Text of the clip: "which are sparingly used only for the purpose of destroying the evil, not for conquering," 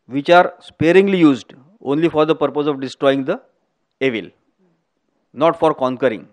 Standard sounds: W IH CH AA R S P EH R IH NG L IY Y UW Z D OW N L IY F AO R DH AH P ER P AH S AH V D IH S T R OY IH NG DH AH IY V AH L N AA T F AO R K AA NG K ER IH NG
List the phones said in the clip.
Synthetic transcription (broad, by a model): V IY CH AA R S P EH R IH NG L IY Y UW Z D OW N L IY F AO R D AH P ER P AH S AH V D IH S T R OY IH NG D AH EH V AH L N AA T F AO R K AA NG K ER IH NG